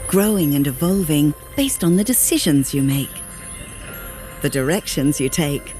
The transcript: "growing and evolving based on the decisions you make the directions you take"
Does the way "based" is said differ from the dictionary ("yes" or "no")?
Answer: no